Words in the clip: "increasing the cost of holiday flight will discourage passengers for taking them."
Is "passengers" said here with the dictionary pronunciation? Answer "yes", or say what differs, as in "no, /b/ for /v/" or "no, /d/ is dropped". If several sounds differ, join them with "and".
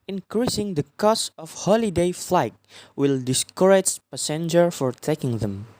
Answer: no, /z/ is dropped